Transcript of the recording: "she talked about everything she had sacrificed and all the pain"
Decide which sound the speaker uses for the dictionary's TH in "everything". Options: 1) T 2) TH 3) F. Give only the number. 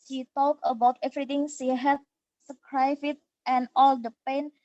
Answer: 1